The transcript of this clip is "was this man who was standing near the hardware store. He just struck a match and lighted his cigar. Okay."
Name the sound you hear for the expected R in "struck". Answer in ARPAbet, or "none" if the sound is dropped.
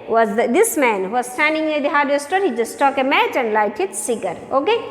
none